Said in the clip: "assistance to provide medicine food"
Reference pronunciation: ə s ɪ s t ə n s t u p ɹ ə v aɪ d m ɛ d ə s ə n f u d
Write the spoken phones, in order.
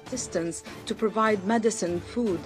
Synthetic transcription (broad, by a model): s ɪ s t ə n s t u p ɹ ə v aɪ d m ɛ d ə s ə n f u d